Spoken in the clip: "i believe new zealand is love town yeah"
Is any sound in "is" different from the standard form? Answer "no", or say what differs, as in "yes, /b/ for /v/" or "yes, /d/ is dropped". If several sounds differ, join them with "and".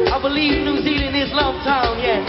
yes, /s/ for /z/